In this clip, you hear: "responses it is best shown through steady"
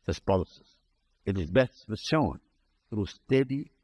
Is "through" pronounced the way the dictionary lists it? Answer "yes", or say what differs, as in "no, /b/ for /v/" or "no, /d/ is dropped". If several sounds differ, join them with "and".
yes